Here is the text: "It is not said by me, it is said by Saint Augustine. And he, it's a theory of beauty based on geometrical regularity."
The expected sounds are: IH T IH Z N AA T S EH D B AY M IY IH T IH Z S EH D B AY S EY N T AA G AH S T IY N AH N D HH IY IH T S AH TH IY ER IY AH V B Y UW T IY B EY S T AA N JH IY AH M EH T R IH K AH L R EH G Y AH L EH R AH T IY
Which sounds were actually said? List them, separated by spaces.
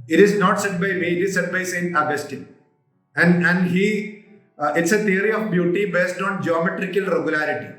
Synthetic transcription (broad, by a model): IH T IH Z N AA T S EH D B AY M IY IH T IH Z S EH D B AY S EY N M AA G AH S T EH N AH N D HH IY IH T S AH T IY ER IY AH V B Y UW T IY B EY S T AA N JH IY AH M EH T R IH K AH L R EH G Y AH L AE R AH T IY